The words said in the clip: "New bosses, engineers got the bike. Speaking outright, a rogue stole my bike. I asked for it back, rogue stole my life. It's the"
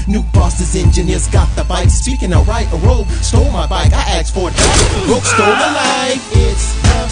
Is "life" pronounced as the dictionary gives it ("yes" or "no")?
no